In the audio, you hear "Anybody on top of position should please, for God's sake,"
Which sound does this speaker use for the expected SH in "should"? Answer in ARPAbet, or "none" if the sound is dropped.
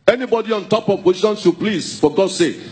S